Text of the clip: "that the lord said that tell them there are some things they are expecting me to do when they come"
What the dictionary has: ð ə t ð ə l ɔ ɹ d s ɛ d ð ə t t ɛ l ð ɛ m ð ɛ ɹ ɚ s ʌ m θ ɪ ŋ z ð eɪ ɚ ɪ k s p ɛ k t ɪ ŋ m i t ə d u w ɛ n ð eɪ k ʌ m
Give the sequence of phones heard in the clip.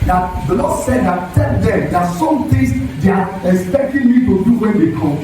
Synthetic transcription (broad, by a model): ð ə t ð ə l ɔ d s ɛ d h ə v t ɛ l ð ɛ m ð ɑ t s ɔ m t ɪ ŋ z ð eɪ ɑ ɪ k s p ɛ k t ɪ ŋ m i t ə d u w ɛ n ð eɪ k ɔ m